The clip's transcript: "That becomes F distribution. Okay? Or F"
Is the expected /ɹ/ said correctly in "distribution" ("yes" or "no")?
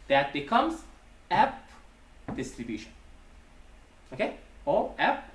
yes